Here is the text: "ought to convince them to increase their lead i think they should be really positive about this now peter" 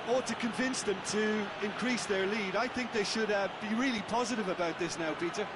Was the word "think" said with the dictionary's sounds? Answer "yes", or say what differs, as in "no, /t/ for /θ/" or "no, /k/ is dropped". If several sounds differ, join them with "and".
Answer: yes